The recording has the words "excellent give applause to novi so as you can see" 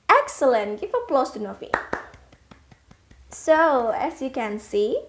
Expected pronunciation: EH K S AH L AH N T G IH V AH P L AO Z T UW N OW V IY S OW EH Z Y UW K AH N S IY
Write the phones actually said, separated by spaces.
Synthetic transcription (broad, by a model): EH K S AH L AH N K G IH F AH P L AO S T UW N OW F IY S OW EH S Y UW K AH N S IY